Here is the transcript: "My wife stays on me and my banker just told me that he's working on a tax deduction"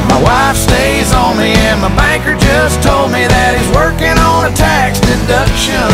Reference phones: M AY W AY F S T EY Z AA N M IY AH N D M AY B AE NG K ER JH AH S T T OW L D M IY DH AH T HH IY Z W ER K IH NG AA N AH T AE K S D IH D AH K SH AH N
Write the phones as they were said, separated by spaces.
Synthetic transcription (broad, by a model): M AY W AY F S T EY Z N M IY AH N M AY B AE NG K ER JH AH S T T OW L D M IY DH AH T HH IY Z W ER K IH NG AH N AH T AE K S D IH D AH K SH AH N